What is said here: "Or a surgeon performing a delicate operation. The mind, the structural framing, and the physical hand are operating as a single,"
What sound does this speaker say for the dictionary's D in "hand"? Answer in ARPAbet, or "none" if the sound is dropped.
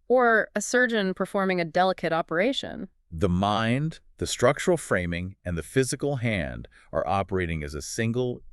D